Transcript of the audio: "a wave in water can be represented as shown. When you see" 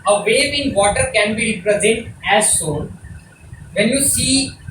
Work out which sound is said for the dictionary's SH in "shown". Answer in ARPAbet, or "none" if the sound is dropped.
S